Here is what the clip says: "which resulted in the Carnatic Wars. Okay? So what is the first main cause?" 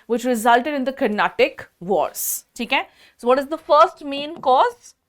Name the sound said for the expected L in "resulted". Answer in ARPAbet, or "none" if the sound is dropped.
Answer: L